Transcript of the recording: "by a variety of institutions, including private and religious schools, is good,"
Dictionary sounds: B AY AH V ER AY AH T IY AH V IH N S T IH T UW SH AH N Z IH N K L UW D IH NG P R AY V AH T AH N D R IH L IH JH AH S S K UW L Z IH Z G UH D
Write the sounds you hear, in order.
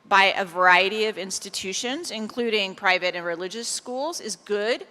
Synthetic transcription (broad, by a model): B AY AH V ER AY AH T IY AH V IH N S T IH T UW SH AH N Z IH N K L UW D IH NG P R AY V AH T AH N R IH L IH JH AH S S K UW L Z IH Z G UH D